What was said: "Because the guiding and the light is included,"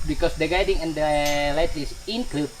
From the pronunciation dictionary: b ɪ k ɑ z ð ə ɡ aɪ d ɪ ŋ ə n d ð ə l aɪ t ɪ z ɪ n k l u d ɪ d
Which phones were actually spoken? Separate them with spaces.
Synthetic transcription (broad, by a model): b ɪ k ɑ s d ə ɡ aɪ d ɪ ŋ ə n d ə l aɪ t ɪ s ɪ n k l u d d